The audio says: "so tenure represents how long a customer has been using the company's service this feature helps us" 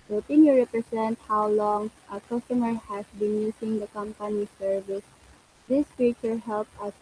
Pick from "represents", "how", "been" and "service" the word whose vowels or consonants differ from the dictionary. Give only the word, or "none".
represents